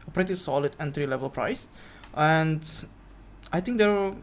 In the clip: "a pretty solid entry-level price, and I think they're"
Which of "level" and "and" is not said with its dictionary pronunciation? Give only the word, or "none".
none